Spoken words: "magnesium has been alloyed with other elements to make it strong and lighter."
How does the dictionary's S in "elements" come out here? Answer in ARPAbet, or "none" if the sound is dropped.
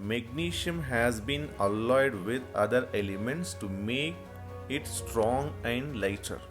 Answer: S